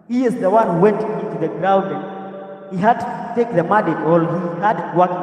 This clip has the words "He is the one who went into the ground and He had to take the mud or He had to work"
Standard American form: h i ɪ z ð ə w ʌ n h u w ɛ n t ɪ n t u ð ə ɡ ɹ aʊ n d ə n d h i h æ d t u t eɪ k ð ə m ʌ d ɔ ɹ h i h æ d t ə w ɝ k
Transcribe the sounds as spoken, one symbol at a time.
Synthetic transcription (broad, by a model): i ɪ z ð ə w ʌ n h u w ɛ n t ɪ n t u ð ə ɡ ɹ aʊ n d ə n h i h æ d t u t eɪ k ð ə m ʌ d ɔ l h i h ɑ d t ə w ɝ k